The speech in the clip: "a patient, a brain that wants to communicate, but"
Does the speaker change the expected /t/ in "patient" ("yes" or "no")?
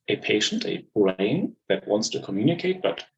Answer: no